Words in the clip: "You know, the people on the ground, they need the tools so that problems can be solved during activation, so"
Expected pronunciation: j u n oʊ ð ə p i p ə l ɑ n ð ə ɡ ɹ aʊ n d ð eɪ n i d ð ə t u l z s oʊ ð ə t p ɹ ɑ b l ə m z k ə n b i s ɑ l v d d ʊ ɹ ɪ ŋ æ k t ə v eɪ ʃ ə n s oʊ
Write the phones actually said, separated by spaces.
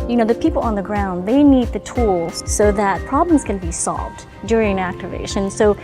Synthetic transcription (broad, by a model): j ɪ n oʊ ð ə p i p l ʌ n ð ə ɡ ɹ aʊ n d ð eɪ n i d ð ə t u l z s oʊ ð ə t p ɹ ɑ b l ə m z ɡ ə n b i s ɑ l v d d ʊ ɹ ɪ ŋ æ k t ə v eɪ ʃ ə n s oʊ